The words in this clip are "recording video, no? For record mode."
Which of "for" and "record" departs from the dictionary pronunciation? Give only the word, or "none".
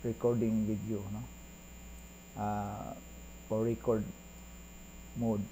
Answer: for